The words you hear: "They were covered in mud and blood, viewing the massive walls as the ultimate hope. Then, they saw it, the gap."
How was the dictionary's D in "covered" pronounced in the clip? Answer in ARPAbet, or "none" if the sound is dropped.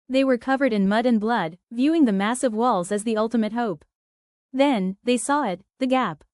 D